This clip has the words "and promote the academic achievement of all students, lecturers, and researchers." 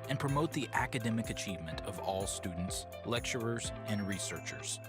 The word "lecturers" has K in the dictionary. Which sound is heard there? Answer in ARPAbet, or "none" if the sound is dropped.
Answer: K